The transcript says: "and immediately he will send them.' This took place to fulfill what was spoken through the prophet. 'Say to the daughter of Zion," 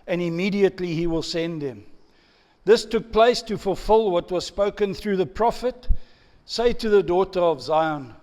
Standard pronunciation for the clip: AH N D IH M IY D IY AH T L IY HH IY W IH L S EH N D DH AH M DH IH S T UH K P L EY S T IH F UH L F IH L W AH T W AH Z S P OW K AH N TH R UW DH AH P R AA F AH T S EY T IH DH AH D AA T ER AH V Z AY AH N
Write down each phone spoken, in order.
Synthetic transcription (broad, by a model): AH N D IH M IY D IY AH T L IY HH IY W IH L S EH N D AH M DH IH S T UH K P L EY S T IH F UH L F IH L W AH T W AH Z S P OW K AH N TH R UW DH AH P R AA F AH T S EY T IH DH AH D AA T ER AH V Z AY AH N